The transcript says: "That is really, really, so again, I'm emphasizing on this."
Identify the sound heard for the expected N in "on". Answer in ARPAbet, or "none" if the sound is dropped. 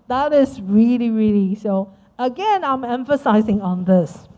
N